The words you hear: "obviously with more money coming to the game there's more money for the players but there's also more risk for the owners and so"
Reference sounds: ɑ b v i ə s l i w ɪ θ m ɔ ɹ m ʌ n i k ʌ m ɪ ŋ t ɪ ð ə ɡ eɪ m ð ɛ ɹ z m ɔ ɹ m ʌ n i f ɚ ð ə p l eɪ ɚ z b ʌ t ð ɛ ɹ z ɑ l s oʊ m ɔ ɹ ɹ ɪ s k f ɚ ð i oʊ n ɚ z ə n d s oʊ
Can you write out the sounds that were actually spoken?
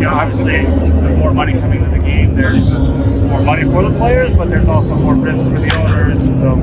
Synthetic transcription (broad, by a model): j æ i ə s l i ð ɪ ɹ m ɔ ɹ m ʌ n i k ʌ m ɪ ŋ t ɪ ð ə ɡ eɪ m ð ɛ ɹ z m ɔ ɹ m ʌ n i f ɚ ð ə p l eɪ ɚ z b ʌ t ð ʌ ɹ z ɑ l s oʊ m ɔ ɹ ɹ ɪ s k f ɚ ð i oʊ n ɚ z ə n s oʊ